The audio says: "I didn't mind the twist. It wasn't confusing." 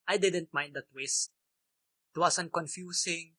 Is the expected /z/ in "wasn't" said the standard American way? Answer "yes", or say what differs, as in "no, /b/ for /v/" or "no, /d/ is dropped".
no, /s/ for /z/